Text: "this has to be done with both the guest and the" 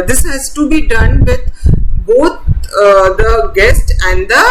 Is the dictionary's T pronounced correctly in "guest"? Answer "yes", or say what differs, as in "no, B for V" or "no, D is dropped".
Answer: yes